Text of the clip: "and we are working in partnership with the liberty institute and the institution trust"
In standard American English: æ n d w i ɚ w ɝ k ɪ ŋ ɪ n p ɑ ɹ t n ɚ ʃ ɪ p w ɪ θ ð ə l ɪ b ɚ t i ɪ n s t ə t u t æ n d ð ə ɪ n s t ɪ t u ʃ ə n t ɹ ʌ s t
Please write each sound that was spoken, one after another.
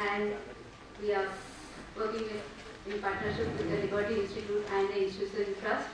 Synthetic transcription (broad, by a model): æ n d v i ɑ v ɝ k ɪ ŋ ɪ n p ɑ ɹ t n ɚ ʃ ɪ p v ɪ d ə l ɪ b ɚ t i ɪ n s t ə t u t æ n d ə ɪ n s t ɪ s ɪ ə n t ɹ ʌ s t